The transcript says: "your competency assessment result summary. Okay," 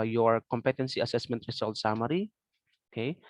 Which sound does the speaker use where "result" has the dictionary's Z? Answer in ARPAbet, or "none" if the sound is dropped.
S